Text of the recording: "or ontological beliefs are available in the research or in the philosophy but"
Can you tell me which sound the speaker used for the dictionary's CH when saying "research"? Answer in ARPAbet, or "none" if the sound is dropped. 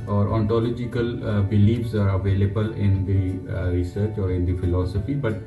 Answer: CH